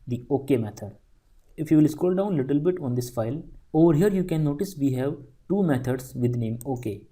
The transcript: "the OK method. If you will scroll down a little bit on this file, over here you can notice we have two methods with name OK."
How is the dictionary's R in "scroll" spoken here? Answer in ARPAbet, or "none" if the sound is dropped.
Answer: none